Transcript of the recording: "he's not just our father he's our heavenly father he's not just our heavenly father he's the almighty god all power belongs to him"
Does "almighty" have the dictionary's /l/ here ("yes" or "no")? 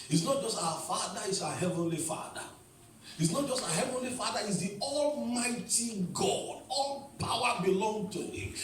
yes